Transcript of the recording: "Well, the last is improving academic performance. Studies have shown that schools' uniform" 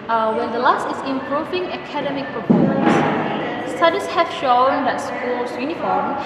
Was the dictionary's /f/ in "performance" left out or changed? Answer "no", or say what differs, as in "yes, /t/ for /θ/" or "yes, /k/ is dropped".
yes, /p/ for /f/